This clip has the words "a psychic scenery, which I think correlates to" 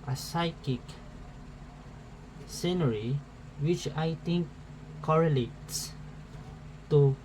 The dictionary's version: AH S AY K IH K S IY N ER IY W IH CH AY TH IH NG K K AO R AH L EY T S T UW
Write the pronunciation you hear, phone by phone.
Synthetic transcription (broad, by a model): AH S AY K IH K S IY N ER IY W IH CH AY T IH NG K K AO R AH L EY T S T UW